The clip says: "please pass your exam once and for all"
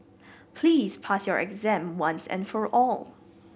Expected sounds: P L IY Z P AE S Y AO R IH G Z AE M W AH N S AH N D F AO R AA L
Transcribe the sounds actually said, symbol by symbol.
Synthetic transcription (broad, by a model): P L IY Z P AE S Y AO R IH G Z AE M W AH N S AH N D F AO R AA L